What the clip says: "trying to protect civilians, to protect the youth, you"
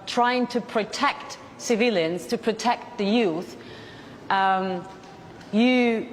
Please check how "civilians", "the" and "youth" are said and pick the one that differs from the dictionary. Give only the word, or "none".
none